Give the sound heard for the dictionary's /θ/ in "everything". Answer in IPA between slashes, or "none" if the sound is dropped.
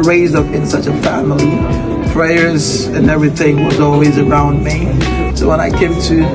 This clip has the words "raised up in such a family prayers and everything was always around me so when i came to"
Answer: /θ/